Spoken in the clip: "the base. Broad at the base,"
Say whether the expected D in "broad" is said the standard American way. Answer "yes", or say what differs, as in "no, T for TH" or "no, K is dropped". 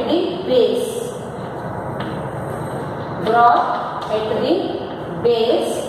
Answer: no, D is dropped